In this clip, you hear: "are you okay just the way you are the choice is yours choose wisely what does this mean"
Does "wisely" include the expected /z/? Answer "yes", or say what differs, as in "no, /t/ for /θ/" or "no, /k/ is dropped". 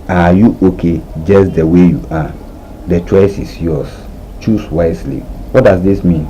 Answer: no, /s/ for /z/